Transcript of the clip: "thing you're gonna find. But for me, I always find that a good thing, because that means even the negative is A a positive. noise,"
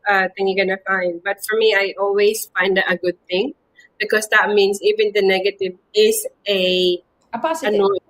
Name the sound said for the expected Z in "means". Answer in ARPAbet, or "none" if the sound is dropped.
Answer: S